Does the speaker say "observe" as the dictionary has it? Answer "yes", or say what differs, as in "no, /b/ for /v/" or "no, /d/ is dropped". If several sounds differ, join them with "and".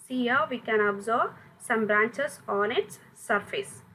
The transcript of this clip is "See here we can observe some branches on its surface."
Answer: no, /b/ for /v/